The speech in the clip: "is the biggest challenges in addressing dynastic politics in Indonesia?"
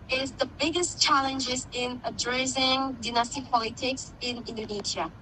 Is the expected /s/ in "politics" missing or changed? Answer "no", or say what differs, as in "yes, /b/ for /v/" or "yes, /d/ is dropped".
no